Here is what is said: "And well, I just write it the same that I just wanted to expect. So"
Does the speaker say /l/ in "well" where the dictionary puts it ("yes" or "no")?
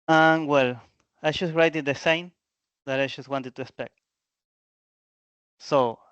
yes